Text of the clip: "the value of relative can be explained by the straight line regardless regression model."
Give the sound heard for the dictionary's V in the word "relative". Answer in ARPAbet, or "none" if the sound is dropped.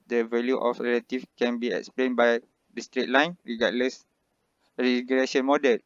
F